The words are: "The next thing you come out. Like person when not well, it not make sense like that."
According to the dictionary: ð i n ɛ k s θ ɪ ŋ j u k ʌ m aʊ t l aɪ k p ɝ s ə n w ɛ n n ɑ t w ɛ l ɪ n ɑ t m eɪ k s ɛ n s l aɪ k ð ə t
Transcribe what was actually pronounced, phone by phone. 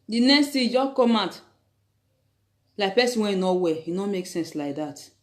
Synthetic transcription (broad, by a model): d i n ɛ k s t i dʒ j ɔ k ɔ m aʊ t l aɪ k p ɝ s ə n w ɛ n n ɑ w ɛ ɪ n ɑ m eɪ k s ɛ n s l aɪ k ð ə t